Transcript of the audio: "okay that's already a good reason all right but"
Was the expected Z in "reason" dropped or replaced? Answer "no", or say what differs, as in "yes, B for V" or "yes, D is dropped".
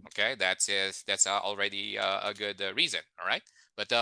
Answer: no